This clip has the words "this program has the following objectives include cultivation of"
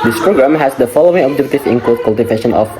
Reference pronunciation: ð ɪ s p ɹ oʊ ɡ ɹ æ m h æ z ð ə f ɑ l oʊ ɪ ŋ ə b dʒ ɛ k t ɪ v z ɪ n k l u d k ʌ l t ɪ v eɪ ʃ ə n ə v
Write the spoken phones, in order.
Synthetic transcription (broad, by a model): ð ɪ s p ɹ oʊ ɡ ɹ æ m h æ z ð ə f ɑ l oʊ ɪ ŋ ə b dʒ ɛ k t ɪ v ɪ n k ɔ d k ʌ l t ɪ v eɪ ʃ ə n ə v